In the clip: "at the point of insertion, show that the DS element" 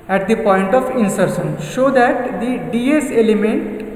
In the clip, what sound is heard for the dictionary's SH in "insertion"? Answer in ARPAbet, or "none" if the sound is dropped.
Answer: S